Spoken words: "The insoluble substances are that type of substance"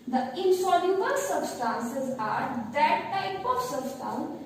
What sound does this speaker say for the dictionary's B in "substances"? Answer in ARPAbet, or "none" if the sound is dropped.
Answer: B